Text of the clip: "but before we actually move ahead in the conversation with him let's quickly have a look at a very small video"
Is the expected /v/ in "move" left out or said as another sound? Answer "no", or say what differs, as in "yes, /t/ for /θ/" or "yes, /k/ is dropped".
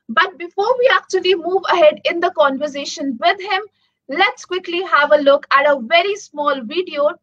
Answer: no